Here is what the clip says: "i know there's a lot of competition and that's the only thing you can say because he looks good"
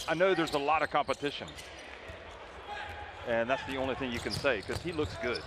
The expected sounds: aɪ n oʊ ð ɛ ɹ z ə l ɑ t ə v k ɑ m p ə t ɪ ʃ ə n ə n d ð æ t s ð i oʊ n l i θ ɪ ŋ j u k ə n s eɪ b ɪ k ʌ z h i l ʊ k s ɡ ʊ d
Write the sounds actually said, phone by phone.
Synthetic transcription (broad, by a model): aɪ n oʊ ð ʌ ɹ z ə l ɑ t ə v k ɑ m p ə t ɪ ʃ ə n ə n ð æ t s ð i oʊ n l i θ ɪ ŋ j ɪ k ə n s eɪ ɪ k ʌ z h i l ʊ k s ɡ ʊ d